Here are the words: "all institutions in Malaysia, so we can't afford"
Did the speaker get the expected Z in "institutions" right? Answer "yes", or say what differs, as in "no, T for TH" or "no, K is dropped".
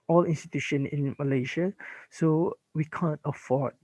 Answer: no, Z is dropped